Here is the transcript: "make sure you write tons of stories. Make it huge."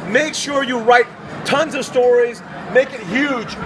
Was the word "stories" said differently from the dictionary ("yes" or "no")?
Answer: no